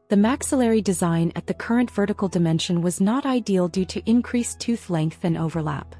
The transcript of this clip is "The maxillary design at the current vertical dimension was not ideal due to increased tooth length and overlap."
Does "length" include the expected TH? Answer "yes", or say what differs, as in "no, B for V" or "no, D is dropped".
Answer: yes